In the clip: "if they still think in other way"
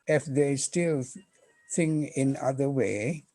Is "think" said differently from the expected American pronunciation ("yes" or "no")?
yes